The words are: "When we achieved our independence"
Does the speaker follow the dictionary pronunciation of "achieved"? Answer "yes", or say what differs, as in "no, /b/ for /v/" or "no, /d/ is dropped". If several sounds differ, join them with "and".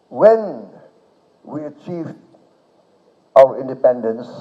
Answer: yes